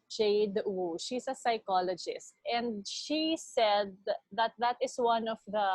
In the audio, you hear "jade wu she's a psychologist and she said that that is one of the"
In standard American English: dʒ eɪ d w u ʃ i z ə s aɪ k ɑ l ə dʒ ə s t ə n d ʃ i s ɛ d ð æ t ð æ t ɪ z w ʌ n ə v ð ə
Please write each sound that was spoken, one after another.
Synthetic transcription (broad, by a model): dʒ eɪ d w u ʃ i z ə s aɪ k ɑ l ə dʒ ə s t ə n d ʃ i s ɛ d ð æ t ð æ t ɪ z w ʌ n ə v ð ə